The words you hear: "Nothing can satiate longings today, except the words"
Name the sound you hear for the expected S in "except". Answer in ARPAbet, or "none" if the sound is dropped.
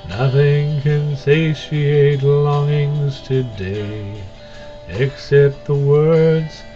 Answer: S